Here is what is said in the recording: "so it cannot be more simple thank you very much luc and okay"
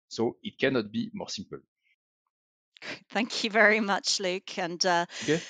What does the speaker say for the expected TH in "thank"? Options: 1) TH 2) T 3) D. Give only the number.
1